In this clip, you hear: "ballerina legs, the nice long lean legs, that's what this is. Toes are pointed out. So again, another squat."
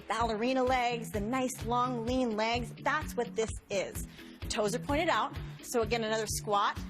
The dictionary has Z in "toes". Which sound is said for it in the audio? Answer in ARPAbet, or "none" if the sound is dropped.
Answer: Z